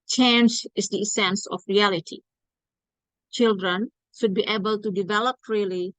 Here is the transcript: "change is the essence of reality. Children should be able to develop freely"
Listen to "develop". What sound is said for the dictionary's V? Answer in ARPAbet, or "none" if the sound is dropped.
V